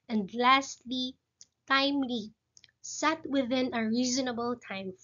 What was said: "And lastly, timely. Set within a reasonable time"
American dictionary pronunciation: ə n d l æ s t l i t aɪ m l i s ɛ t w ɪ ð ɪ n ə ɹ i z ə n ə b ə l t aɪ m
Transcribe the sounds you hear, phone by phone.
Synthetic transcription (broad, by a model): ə n d l æ s t l i t aɪ m l i s ɛ t w ɪ ð ɪ n ə ɹ i z ə n ə b ə l t aɪ m